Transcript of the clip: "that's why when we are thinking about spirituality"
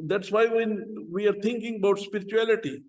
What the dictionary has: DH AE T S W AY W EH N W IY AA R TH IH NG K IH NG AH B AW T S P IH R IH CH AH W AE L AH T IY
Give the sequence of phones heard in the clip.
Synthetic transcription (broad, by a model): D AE T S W AY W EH N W IY AA R T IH NG K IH NG AH B AW T S P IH R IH CH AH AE L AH T IY